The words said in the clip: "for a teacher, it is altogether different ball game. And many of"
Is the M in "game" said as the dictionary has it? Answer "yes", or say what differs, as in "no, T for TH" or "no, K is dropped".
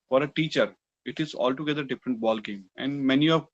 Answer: yes